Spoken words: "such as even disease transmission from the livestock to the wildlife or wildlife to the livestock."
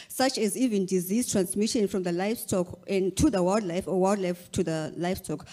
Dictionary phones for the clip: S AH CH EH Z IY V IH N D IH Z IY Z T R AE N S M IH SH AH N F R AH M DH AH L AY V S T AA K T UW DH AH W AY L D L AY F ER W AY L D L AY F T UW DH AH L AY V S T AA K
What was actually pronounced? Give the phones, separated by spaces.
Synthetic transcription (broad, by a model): S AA CH EH Z IY V IH N D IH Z IY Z T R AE N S M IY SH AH N F R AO M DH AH L AY F S T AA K T UW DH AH W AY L D L AY F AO W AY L D L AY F T UW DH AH L AY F S T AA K